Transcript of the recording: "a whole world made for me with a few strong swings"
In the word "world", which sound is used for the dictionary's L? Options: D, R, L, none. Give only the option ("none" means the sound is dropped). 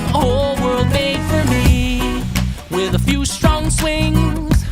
L